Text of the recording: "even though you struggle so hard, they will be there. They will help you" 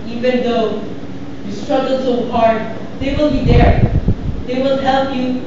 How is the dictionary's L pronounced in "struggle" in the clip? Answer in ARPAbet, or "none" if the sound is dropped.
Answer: L